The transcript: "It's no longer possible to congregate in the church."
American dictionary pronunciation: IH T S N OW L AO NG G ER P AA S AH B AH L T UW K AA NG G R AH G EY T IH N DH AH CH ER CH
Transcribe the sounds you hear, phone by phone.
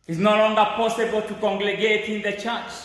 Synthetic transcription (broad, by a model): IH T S N OW L AO NG G ER P AA S AH B AH L T UW K AA NG G R AH G EY T IH N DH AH CH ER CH